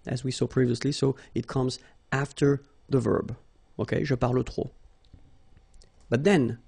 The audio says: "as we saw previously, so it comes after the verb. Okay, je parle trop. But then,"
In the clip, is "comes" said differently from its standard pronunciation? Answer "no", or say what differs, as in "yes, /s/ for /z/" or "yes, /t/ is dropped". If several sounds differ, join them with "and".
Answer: no